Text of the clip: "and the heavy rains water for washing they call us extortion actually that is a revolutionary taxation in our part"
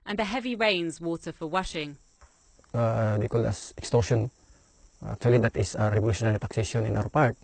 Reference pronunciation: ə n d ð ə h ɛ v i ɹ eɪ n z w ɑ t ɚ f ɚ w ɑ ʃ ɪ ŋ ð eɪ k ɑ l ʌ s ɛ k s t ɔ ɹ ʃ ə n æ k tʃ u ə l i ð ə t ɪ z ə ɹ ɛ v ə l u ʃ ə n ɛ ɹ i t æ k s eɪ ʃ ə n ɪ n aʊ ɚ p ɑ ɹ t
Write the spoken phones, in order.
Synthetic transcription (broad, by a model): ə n ð ə h ɛ v i ɹ eɪ n z w ɑ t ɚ f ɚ w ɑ ʃ ɪ ŋ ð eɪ k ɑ l ʌ s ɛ k s t ɔ ɹ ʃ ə n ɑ k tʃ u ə l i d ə t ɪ s ə ɹ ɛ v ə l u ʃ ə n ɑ ɹ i t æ k s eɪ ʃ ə n ɪ n aʊ ɚ p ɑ ɹ t